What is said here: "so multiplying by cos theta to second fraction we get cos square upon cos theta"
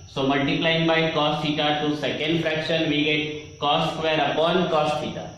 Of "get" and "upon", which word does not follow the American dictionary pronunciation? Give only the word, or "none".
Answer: none